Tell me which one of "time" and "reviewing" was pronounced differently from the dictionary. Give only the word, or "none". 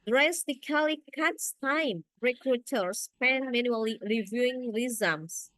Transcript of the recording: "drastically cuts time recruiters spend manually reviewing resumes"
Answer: none